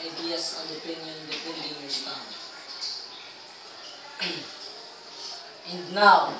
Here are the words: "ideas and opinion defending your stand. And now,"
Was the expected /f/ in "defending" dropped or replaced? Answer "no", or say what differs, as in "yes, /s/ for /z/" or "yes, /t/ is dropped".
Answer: yes, /p/ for /f/